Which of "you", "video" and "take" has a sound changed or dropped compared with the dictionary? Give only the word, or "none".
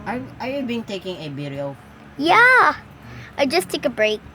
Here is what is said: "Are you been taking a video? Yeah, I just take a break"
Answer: video